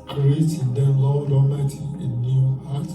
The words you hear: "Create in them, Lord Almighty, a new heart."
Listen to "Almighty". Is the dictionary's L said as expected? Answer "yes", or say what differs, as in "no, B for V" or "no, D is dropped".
no, L is dropped